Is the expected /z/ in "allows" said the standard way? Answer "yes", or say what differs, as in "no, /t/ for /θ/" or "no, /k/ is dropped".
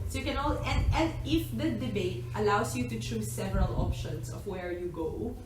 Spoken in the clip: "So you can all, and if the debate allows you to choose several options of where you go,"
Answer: no, /s/ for /z/